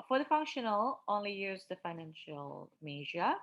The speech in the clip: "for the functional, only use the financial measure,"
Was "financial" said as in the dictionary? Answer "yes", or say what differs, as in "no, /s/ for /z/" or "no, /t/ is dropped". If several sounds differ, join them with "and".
yes